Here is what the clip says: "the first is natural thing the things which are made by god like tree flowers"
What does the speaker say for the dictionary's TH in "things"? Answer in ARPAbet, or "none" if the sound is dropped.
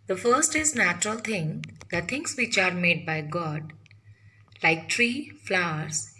T